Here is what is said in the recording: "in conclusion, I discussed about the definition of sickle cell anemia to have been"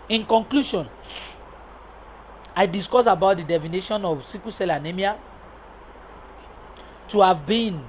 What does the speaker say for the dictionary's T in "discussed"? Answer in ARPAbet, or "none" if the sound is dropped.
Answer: none